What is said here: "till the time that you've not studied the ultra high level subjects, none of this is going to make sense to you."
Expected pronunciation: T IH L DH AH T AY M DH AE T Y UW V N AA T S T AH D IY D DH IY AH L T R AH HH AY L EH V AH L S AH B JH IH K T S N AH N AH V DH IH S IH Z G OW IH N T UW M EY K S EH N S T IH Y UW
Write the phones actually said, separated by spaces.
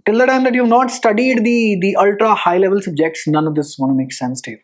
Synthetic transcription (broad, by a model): T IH L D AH T AY M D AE T Y UW V N AA T S T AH D IY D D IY AH L T R AH HH AY L EH V AH L S AH B JH IH K T S N AH N AH V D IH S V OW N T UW M EY K S EH N S T IH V